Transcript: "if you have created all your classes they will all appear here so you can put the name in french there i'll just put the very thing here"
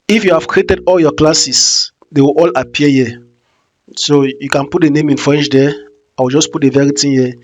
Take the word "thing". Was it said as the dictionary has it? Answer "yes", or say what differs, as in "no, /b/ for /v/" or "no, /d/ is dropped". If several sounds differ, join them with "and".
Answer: no, /t/ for /θ/